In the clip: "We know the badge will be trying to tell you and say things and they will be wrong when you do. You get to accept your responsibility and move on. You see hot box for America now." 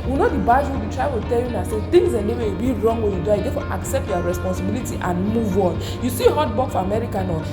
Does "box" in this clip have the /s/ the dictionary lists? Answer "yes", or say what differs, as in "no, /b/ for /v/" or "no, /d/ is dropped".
no, /s/ is dropped